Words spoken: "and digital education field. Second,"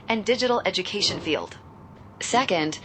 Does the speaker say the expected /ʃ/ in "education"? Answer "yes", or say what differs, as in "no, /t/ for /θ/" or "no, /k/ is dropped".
yes